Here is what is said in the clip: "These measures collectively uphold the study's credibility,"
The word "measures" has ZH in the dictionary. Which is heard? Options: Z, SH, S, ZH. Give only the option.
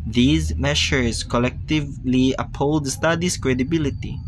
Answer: SH